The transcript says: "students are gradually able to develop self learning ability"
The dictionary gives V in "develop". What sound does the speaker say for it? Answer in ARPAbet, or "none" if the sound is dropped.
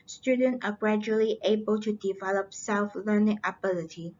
V